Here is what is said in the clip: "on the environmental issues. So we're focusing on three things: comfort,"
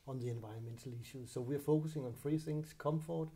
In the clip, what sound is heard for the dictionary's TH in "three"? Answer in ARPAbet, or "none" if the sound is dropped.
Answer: F